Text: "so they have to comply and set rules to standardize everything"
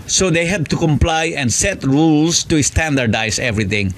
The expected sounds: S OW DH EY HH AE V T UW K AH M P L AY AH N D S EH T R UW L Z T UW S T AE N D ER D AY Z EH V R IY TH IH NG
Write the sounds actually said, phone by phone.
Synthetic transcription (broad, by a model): S OW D EY HH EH B T UW K AH M P L AY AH N S EH T R UW L S T UW S T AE N D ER D AY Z EH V R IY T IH NG